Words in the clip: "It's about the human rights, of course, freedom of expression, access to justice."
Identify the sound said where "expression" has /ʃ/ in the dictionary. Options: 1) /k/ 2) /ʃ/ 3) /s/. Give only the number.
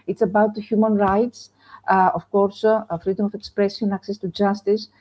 3